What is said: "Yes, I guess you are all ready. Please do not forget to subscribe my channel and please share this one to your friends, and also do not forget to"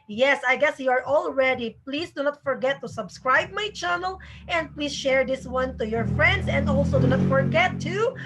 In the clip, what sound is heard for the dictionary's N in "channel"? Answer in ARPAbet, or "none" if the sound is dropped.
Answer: N